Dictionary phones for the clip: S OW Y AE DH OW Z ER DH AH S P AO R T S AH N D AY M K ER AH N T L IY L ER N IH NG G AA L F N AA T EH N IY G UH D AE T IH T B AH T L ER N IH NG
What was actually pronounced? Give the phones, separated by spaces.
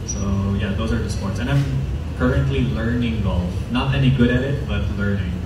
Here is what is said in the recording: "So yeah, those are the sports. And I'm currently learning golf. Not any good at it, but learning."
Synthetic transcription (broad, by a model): S OW Y AE DH OW Z ER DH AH S P AO R T S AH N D AY M K ER AH N T L IY L ER N IH NG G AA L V N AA T EH N IY G UH D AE T IH T B AH T L ER N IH NG